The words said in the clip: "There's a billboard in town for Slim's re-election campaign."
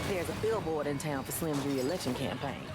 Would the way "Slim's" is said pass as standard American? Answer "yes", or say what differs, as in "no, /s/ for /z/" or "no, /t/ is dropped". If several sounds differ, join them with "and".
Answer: no, /z/ is dropped